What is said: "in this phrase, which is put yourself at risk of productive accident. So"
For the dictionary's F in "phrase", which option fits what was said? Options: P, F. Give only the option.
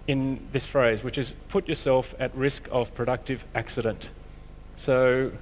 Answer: F